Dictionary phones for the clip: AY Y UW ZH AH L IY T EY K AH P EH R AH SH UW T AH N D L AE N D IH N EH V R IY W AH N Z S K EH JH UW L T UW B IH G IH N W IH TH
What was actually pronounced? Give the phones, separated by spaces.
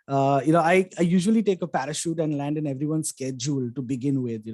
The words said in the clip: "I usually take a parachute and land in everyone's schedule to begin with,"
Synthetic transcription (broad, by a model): AY Y UW ZH AH L IY T EY K AH P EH R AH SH UW T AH N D L AE N D IH N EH V R IY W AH N S K EH JH UW L T UW B IH G IH N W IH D